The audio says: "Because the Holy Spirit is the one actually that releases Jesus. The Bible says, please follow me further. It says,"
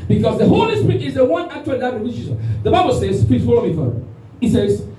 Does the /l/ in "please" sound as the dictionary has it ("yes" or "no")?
no